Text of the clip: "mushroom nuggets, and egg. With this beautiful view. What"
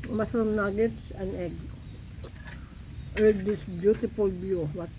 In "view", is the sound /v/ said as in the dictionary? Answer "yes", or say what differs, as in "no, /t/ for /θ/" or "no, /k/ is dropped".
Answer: no, /b/ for /v/